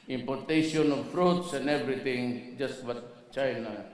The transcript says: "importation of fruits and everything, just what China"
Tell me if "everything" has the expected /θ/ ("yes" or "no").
no